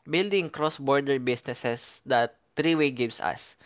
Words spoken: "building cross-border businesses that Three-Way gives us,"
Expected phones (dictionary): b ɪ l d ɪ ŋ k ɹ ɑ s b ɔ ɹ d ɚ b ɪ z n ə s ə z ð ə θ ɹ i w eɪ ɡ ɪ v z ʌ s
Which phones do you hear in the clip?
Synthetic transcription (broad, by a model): b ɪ l d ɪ ŋ k ɹ ɑ s b ɔ ɹ d ɚ b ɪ s n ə s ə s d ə t ɹ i w eɪ ɡ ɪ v s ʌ s